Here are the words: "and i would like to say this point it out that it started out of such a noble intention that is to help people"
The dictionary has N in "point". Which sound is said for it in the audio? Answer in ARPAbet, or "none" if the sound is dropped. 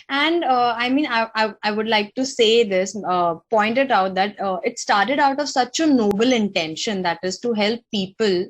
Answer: N